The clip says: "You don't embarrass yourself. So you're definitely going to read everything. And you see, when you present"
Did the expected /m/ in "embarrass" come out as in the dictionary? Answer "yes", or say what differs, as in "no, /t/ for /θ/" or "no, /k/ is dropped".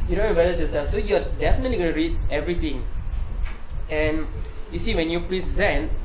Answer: no, /m/ is dropped